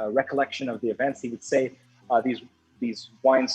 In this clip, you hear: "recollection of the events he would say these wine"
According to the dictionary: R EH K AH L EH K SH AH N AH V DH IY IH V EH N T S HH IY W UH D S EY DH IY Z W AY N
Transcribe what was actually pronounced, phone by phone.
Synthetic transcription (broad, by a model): R EH K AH L EH K SH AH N AH V DH IY IH V EH N T S HH IY W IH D S EY DH IY Z W AY N